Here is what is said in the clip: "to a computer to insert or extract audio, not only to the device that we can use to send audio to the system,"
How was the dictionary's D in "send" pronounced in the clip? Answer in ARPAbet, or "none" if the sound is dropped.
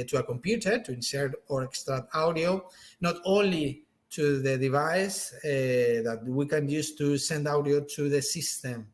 D